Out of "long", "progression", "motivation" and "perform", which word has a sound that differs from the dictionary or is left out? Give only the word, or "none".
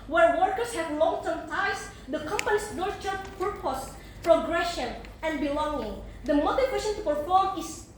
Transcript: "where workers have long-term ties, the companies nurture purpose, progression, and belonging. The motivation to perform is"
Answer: motivation